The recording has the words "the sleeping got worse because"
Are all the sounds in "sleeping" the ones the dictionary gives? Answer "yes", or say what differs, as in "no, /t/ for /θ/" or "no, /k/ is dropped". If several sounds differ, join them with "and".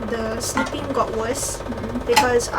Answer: no, /n/ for /l/